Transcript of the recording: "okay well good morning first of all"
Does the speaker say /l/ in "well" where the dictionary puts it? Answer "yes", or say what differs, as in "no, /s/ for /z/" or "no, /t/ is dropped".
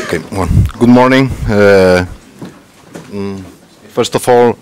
no, /n/ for /l/